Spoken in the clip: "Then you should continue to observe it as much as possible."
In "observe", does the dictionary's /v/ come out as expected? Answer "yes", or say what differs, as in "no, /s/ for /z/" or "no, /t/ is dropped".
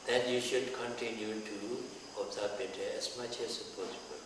no, /p/ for /v/